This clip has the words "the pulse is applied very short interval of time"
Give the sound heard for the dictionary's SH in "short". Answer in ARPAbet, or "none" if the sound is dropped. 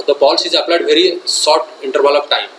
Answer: S